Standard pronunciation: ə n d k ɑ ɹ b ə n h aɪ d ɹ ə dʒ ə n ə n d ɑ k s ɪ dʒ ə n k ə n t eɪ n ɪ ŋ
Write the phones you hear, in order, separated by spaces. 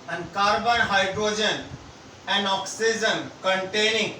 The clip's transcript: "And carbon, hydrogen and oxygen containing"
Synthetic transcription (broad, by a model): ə n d k ɑ ɹ b ə n h aɪ d ɹ ə dʒ ə n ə n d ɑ k s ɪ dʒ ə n k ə n t eɪ n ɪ ŋ